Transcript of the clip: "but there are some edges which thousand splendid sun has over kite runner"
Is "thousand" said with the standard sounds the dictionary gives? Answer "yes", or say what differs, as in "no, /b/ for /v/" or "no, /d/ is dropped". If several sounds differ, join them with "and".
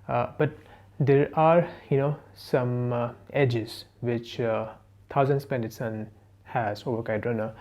no, /t/ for /θ/